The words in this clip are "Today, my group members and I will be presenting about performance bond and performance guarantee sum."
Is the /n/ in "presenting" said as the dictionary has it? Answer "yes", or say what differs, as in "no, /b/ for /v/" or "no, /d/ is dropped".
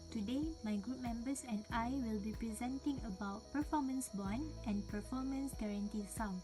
yes